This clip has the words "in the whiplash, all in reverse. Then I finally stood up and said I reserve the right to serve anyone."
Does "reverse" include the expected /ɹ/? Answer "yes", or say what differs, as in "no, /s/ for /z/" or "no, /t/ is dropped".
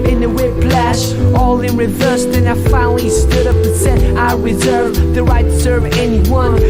yes